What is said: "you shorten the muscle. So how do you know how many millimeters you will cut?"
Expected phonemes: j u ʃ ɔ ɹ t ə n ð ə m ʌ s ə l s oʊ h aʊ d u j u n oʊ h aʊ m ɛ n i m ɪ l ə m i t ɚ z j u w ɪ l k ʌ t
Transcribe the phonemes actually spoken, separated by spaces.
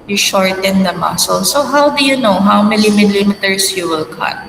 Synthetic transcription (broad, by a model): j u ʃ ɔ ɹ t ə n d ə m ʌ s ə l s oʊ h aʊ d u j u n oʊ h aʊ m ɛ l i m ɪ l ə m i t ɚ s j u w ɪ l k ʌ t